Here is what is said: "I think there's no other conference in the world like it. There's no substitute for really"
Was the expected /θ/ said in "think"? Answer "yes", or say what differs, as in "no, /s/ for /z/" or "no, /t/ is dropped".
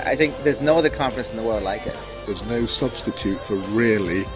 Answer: yes